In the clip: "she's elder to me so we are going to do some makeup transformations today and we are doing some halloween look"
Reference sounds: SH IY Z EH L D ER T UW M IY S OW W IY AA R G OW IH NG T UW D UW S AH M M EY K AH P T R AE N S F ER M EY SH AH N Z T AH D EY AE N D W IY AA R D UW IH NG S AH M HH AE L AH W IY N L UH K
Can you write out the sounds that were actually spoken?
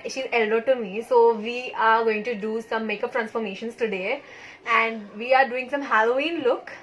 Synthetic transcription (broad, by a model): SH IY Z EH L D ER T UW M IY S OW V IY AA R G OW IH NG T UW D UW S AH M M EY K AH P T R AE N S F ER M EY SH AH N S T AH D EY AE N D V IY AA R D UW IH NG S AH M HH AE L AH IY N L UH K